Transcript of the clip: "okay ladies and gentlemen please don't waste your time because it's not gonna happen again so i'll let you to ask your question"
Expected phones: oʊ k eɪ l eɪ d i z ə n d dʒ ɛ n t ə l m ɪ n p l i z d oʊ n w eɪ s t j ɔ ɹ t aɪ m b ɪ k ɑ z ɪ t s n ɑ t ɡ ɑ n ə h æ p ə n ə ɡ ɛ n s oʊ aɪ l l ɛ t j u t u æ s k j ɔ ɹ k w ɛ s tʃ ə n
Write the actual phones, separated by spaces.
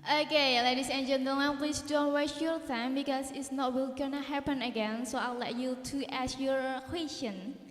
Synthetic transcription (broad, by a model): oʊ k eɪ l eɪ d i s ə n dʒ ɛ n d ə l ɪ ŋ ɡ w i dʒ d oʊ n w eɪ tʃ j ɔ ɹ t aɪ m b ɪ k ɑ s ɪ t s n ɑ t ɡ ɑ n ə h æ p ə n ə ɡ ɛ n s oʊ aɪ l l ɛ t j u t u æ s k j ɔ ɹ k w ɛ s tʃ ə n